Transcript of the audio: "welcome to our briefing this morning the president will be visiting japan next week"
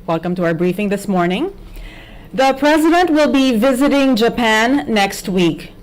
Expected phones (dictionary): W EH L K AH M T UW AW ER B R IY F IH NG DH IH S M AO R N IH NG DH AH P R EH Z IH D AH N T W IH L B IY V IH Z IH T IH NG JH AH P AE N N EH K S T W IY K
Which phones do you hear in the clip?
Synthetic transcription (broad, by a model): W EH L K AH M T UW AW ER B R IY F IH NG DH IH S M AO R N IH NG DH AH P R EH Z IH D AH N T W IH L B IY V IH Z IH T IH NG JH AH P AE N N EH K S T W IY K